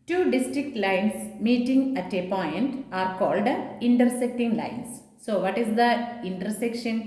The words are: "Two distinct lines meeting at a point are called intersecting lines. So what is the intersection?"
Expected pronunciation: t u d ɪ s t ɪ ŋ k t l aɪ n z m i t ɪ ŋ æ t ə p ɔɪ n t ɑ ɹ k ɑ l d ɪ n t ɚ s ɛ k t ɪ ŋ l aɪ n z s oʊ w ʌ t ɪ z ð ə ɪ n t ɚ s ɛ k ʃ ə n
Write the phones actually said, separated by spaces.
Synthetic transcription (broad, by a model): t u d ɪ s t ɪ k t l aɪ n s m i t ɪ ŋ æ t ə p ɔɪ n t ɑ ɹ k ɑ l d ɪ n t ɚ s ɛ k t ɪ ŋ l aɪ n s oʊ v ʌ t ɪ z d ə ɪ n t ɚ s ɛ k ʃ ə n